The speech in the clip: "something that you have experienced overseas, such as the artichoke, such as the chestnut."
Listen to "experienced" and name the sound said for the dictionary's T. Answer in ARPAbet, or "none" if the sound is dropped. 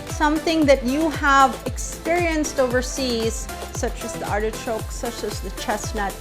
T